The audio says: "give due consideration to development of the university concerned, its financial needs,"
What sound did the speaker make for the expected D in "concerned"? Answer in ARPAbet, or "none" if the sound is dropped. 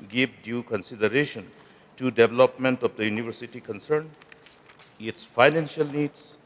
none